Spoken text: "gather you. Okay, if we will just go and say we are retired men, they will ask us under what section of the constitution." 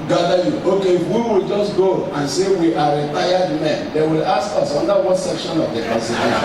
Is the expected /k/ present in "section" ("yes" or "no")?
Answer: yes